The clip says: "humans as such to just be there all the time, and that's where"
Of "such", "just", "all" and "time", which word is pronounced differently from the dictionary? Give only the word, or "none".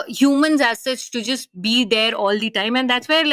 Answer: such